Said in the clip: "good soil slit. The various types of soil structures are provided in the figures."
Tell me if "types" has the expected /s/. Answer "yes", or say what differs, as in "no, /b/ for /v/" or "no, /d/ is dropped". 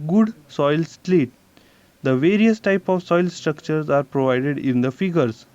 no, /s/ is dropped